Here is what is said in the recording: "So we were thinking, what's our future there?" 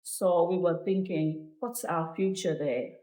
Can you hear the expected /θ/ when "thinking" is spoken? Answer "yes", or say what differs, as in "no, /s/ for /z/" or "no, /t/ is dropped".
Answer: yes